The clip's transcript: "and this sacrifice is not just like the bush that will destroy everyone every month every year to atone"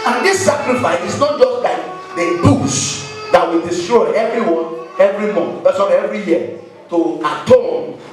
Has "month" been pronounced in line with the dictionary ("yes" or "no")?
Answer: no